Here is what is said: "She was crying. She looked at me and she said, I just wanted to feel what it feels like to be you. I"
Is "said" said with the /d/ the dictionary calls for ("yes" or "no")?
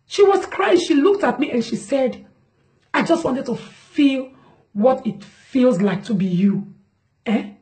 yes